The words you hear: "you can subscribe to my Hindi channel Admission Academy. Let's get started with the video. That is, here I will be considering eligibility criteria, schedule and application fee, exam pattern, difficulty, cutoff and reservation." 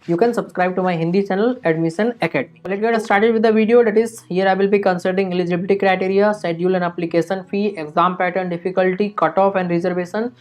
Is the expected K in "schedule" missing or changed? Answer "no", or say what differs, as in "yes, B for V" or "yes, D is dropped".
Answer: yes, K is dropped